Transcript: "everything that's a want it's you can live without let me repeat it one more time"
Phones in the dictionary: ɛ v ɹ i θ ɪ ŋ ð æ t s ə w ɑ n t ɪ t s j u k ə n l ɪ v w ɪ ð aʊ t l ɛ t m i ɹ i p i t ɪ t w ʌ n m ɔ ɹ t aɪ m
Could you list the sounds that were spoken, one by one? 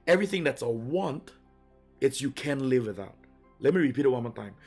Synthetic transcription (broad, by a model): ɛ v ɹ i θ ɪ ŋ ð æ t s ə w ɑ n t ɪ t s j u k ə n l ɪ v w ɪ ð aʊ t l ɛ t m i ɹ i p i t ɪ t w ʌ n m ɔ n t aɪ m